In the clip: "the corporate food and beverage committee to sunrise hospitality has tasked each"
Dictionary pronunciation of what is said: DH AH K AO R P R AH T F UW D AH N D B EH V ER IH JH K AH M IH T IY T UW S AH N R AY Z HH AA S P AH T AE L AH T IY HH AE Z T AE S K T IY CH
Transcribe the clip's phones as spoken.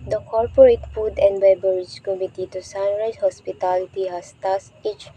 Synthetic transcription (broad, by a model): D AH K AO R P R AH T F UW D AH N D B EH B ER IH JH K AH M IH T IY T UW S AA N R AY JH HH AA S P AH T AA L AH T IY HH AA S T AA S T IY CH